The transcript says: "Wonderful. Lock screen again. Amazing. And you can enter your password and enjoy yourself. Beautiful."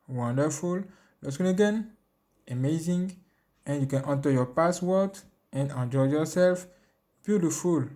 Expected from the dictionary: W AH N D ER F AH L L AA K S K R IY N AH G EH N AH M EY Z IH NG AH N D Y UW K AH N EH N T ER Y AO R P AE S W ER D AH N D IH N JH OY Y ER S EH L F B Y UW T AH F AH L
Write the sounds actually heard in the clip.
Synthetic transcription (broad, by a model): W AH N D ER F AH L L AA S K IY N AH G EH N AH M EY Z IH NG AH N Y UW K AH N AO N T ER Y AO P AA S W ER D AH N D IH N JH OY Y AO S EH L F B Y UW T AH F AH L